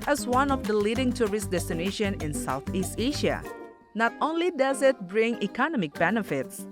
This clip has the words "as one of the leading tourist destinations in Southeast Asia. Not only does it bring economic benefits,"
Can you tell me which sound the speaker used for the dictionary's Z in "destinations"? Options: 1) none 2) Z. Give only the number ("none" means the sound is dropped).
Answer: 1